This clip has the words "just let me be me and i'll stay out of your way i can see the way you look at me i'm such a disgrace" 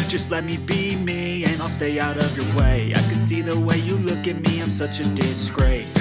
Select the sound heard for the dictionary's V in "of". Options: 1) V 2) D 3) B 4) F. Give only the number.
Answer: 1